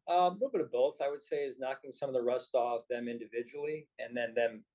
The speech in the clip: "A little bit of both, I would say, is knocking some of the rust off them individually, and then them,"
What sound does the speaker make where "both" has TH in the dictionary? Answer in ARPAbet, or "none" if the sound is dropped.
TH